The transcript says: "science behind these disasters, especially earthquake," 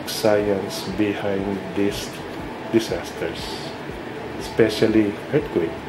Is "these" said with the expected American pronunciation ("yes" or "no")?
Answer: no